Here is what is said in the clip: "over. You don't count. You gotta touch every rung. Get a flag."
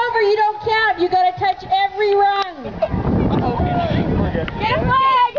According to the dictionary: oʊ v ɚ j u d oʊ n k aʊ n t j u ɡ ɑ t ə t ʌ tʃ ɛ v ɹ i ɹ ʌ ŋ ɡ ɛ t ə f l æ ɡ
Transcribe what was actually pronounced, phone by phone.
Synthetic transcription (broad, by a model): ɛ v ɚ j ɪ d oʊ n k aʊ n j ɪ ɡ ɑ t ə t ʌ tʃ ɛ v ɹ i ɹ ʌ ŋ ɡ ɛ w ə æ